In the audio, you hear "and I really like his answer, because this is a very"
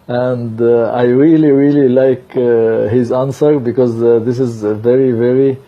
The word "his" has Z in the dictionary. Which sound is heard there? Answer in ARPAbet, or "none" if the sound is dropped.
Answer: Z